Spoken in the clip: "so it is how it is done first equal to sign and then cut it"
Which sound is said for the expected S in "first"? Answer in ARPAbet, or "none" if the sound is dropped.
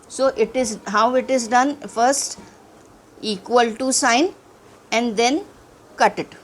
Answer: S